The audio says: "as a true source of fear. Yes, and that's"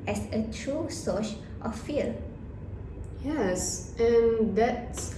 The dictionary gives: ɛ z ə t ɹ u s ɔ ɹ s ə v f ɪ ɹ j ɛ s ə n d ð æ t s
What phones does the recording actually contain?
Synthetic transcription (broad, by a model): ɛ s ə t ɹ u s ɔ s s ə f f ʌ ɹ j ɛ s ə n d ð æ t s